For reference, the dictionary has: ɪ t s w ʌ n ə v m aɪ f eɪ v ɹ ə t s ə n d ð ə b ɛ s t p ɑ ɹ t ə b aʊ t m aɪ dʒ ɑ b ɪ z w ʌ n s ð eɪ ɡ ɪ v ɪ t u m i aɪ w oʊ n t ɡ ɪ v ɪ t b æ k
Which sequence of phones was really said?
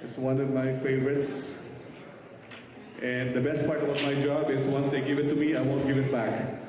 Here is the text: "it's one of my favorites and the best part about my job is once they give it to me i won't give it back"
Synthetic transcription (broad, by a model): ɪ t s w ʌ n ə v m aɪ f eɪ v ɹ ə t s ə n d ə b ɛ s t p ɑ ɹ t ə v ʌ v m aɪ dʒ ɑ b ɪ z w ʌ n s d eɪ ɡ ɪ v ɪ t u m i aɪ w oʊ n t ɡ ɪ v ɪ t b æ k